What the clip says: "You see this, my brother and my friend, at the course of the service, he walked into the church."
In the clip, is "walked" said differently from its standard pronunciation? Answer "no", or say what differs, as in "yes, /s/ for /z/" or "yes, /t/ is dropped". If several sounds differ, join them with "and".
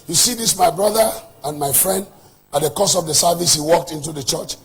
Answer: no